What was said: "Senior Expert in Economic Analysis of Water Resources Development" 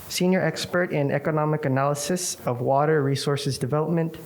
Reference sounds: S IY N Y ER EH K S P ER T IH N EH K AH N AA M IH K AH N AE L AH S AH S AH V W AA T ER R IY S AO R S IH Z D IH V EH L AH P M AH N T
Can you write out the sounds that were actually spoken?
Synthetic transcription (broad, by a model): S IY N Y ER EH K S P ER T IH N EH K AH N AA M IH K AH N AE L AH S AH S AH V W AA T ER R IY S AO R S IH Z D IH V EH L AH P M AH N T